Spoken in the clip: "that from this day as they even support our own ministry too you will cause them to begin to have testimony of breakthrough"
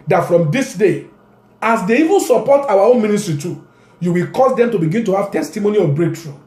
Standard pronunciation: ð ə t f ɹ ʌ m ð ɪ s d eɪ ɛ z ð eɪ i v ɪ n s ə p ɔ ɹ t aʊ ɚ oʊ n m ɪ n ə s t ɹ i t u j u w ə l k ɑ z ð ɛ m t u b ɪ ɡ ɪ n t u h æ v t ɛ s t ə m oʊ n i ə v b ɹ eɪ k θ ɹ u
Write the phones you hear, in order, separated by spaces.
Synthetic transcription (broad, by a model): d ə t f ɹ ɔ m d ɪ s d eɪ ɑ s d eɪ i v ɪ n s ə p ɔ t aʊ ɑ oʊ n m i n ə s t ɹ i t u j u w ə l k ɑ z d ɛ m t u b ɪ ɡ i n t u h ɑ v t ɛ s t ə m oʊ n i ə b ɹ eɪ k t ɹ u